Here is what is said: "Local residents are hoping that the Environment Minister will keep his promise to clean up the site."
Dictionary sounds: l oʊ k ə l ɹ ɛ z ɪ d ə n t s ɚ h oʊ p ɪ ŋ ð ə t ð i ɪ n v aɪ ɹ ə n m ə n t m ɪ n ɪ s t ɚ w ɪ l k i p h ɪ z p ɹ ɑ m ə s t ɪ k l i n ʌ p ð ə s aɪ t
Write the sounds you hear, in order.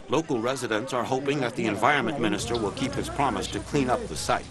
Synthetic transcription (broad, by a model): l oʊ k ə l ɹ ɛ z ɪ d ə n t s ɚ h oʊ p ɪ ŋ ð ə t ð i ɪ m v aɪ ɹ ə n m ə n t m ɪ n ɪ s t ɚ w ɪ l k i p h ɪ z p ɹ ɑ m ə s t ɪ k l i n ʌ p ð ə s aɪ t